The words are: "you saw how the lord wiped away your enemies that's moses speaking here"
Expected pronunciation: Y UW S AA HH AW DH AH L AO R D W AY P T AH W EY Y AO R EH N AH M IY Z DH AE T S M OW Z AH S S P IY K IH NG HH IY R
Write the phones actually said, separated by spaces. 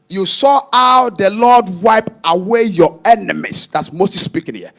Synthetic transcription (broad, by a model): Y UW S AA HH AW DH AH L AO D W AY P AH W EY Y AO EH N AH M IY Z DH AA T S M OW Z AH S S P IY K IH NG HH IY